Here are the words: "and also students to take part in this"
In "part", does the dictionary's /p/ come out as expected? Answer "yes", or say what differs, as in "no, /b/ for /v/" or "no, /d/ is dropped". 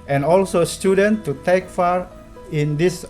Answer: no, /f/ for /p/